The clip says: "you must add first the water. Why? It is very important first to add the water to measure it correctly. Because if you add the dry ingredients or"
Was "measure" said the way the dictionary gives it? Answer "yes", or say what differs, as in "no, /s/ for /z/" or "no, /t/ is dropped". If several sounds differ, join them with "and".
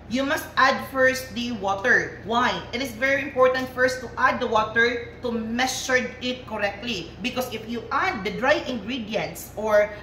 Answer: no, /s/ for /ʒ/